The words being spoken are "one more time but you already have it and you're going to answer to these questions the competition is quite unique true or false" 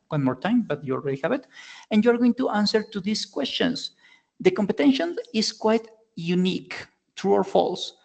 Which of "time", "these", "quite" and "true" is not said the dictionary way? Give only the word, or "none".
these